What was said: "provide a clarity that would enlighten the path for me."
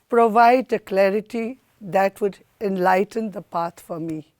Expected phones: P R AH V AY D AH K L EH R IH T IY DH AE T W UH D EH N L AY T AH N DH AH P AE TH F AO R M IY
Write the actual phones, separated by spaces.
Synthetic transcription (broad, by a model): P R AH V AY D AH K L EH R IH T IY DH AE T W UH D EH N L AY T AH N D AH P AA T F AO R M IY